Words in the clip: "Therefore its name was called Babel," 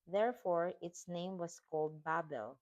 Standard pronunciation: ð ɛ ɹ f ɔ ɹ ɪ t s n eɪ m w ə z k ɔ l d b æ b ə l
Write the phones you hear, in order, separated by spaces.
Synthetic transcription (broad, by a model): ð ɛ ɹ f ɔ ɹ ɪ t s n eɪ m w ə s k ɔ l d b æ b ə l